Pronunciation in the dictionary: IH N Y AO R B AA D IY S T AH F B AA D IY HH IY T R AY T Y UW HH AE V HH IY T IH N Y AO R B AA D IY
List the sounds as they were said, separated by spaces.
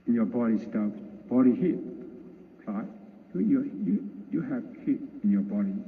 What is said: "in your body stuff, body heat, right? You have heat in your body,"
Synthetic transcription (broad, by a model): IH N Y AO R B AA D IY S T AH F B AA D IY HH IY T L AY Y Y UW HH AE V HH IY T IH N Y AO B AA D IY